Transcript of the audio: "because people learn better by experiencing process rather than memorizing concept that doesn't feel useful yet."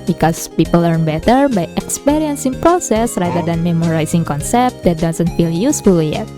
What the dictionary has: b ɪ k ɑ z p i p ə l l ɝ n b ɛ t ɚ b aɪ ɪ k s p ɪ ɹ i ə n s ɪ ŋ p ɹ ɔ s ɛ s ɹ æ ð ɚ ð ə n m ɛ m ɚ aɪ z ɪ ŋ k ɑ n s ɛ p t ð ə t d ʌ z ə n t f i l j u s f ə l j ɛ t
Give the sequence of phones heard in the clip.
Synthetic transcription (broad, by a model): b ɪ k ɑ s p i p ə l l ɝ n b ɛ t ɚ b aɪ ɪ k s p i ɹ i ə n s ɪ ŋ p ɹ ɔ s ɛ s ɹ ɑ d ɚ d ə n m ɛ m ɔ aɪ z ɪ ŋ k ɑ n s ɛ p t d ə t d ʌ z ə n t f i l j u s f ə l j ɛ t